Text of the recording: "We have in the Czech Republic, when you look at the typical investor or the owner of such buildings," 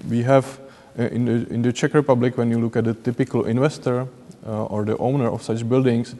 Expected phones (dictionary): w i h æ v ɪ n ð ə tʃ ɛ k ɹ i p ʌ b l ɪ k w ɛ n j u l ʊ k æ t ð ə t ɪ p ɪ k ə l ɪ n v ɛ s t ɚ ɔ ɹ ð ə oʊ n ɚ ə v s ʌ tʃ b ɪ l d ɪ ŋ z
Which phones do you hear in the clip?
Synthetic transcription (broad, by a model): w i h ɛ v ɪ n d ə tʃ ɛ k ɹ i p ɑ b l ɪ k w ɛ n j u l ʊ k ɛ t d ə t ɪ p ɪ k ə l ɪ n v ɛ s t ɚ ɔ ɹ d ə oʊ n ɚ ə f s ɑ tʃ b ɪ l d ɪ ŋ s